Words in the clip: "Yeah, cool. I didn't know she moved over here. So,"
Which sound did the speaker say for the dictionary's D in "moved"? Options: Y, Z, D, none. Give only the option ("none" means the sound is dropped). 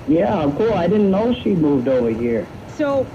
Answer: D